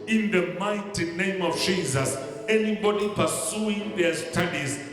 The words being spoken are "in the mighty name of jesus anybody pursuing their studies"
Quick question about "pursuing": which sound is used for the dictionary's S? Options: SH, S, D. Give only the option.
S